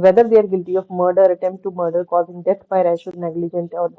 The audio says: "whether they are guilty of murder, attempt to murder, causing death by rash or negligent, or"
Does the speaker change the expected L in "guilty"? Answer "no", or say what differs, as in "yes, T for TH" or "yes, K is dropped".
no